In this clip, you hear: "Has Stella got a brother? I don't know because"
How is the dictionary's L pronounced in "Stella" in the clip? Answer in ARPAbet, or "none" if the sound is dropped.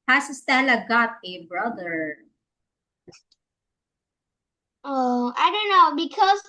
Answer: N